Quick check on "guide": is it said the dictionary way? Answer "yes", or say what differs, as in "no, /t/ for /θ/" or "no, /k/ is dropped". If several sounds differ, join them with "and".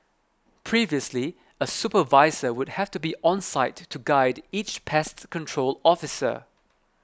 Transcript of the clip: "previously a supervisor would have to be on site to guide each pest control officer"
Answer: yes